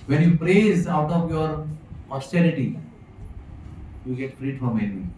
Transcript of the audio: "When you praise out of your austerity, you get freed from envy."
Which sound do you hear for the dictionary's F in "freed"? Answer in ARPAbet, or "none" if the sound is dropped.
P